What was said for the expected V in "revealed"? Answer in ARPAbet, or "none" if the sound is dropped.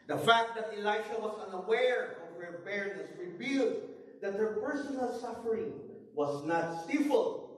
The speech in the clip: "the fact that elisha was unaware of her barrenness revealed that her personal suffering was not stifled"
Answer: B